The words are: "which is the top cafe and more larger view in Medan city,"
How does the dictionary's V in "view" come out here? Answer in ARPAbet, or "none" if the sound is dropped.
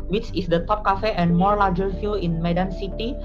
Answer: F